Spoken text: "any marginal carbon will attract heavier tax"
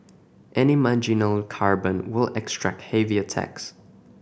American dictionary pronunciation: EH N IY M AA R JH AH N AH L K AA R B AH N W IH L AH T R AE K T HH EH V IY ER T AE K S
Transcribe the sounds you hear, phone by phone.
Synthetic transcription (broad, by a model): EH N IY M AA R JH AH N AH L K AA R B AH N W IH L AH T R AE K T HH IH V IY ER T AE K S